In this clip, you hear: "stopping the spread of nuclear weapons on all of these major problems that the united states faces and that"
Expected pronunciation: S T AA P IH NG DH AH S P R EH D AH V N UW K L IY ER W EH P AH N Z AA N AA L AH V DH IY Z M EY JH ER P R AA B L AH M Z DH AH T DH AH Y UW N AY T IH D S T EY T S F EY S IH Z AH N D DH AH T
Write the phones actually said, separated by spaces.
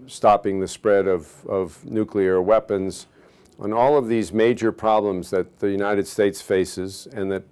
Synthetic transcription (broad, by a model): S T AA P IH NG DH AH S P R EH D AH V N UW K L IY ER W EH P AH N Z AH N AA L AH V DH IY Z M EY JH ER P R AA B L AH M Z DH AH T DH AH Y UW N AY T IH D S T EY T S F EY S IH Z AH N DH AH T